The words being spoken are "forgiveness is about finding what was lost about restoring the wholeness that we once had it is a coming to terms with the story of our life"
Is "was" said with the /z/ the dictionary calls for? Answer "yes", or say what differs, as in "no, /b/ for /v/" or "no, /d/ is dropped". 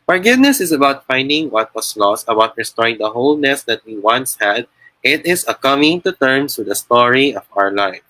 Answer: no, /s/ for /z/